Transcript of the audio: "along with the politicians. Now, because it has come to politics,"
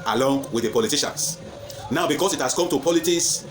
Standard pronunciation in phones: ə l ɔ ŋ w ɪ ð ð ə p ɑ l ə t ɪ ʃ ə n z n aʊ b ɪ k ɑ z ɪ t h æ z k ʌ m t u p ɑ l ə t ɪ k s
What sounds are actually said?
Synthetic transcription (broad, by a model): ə l ɔ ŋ w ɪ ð ð ə p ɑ l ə t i ʃ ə n s n aʊ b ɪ k ɑ s ɪ t h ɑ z k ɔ m t u p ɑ l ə t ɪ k s